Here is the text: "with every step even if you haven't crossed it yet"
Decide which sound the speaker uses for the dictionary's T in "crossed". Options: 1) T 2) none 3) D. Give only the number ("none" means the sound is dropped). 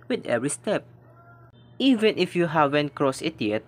2